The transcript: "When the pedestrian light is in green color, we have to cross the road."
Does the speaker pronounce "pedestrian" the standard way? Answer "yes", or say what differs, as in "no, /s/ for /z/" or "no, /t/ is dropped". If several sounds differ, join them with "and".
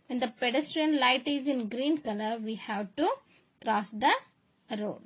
yes